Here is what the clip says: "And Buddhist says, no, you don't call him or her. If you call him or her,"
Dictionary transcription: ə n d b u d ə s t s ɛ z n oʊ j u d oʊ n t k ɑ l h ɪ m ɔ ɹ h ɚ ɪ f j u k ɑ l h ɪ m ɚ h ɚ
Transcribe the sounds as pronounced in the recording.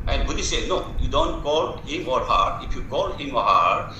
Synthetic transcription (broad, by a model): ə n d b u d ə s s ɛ n oʊ j u d oʊ n t k ɑ l h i m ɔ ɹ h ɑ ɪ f j u k ɑ l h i m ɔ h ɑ